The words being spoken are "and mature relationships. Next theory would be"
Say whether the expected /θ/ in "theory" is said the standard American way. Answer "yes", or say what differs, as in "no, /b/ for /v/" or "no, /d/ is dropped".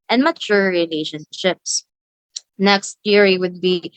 no, /t/ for /θ/